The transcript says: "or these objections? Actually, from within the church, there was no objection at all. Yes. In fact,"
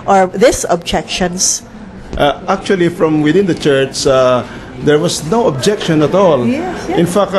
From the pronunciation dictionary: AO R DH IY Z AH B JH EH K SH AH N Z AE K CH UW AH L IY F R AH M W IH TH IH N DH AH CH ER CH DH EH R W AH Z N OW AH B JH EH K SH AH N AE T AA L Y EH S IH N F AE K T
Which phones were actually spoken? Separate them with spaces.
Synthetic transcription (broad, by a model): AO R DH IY S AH B JH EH K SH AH N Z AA K CH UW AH L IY F R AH M W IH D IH N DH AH CH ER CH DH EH R W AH S N OW AH B JH EH K SH AH N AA T AA L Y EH IH N F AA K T